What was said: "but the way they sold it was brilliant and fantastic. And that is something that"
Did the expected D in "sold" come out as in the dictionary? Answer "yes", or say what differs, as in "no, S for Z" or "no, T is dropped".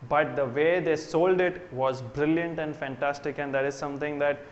yes